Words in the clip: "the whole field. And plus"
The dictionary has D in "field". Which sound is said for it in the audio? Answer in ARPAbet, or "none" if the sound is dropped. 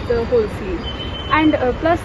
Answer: none